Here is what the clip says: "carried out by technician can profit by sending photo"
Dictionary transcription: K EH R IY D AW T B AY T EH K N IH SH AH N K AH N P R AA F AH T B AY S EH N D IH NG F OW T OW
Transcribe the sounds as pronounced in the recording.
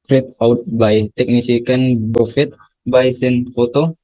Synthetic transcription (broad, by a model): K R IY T AW T B AY T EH K N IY S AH K AH N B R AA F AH T B AY S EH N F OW T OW